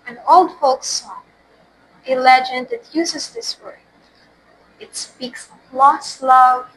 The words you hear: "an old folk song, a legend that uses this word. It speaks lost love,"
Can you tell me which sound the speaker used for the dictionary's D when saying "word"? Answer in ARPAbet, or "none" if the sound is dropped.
none